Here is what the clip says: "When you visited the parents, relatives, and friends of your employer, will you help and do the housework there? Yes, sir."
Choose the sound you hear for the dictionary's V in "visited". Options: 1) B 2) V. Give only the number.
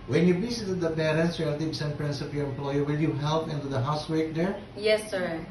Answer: 1